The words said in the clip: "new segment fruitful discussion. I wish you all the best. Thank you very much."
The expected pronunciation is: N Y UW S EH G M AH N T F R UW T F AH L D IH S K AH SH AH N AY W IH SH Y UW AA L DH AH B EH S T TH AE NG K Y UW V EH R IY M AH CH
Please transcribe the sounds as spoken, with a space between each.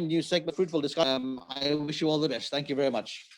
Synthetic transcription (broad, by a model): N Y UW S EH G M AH F R UW T F AH L D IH S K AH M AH IH W IH SH Y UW AA L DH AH B EH S T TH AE NG K Y UW V EH R IY M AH CH